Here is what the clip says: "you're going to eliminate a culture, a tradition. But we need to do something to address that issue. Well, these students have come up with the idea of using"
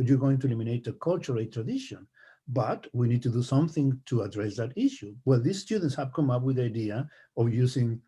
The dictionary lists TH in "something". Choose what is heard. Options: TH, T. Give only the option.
TH